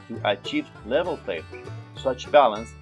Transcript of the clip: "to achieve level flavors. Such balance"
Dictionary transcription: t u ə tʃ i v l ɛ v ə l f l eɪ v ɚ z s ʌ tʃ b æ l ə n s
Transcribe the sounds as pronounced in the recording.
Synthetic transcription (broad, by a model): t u ə tʃ i v l ɛ v ə l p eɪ p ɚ s ʌ tʃ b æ l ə n s